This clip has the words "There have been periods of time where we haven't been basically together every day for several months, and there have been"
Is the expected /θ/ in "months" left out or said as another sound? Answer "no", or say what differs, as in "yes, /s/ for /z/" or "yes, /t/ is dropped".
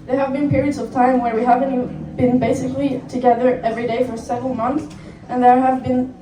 no